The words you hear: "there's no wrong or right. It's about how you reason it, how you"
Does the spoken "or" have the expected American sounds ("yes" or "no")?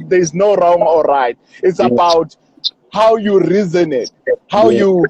no